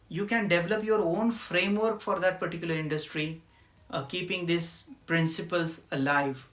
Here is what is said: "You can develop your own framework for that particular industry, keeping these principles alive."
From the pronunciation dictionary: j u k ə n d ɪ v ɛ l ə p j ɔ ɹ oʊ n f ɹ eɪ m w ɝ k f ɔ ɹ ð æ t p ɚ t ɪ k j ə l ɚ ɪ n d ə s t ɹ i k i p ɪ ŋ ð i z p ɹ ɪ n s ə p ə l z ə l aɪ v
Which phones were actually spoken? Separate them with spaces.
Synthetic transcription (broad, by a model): j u k ə n d ɪ v ɛ l ə p j ɔ ɹ oʊ n f ɹ eɪ m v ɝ k f ɔ ɹ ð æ t p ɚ t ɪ k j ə l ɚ ɪ n d ə s t ɹ i k i p ɪ ŋ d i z p ɹ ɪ n s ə p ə l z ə l aɪ v